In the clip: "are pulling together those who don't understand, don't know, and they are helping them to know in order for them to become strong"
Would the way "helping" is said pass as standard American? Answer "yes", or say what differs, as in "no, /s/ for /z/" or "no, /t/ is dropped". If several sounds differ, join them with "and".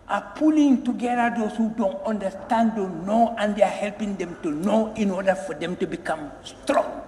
yes